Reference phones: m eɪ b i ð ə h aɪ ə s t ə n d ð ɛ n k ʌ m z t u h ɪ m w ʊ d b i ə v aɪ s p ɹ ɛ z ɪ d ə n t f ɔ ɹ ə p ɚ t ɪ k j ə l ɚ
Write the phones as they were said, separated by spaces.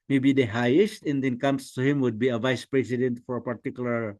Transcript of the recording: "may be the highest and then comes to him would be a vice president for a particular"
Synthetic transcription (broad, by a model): m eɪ b i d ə h aɪ ə s t ə n d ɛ n k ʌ m s t u h ɪ m w ʊ d b i ə v aɪ s p ɹ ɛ s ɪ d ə n t f ɔ ɹ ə p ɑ t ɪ k j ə l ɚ